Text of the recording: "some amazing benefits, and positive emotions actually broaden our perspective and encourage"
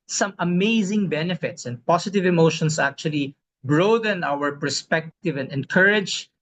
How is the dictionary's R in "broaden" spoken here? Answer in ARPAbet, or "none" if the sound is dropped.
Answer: R